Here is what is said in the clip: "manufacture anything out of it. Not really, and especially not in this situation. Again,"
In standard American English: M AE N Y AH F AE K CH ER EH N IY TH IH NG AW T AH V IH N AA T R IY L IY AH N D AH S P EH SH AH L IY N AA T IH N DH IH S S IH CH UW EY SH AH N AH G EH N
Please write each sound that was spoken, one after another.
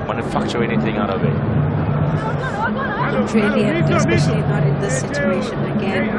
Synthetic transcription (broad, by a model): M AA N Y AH F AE K CH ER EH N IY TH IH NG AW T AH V IH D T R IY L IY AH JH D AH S AH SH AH IY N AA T IH N DH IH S S IH CH UW EY SH AH N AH G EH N